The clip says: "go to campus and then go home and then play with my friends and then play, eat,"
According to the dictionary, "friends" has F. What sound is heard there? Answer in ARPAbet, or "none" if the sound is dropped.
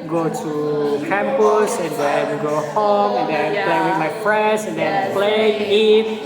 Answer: P